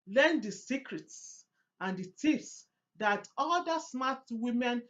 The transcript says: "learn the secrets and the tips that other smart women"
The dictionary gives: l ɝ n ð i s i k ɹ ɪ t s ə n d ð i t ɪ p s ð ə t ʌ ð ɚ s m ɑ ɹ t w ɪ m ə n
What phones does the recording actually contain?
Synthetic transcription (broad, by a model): l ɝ n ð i s i k ɹ ɪ t s ə n d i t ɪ f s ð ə t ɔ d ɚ s m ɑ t w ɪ m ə n